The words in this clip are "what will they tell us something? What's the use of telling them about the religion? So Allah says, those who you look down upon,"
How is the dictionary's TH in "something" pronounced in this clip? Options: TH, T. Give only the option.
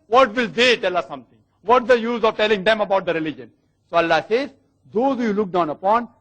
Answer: T